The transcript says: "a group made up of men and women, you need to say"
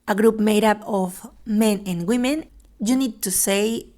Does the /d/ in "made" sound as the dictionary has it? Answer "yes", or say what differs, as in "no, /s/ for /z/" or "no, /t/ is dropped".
yes